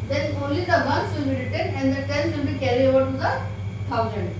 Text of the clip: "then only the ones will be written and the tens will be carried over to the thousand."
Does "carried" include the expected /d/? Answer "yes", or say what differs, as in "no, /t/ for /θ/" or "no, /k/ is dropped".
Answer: no, /d/ is dropped